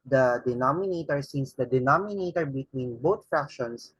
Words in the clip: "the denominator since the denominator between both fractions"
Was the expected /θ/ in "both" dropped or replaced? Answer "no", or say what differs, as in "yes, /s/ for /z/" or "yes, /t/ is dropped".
yes, /t/ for /θ/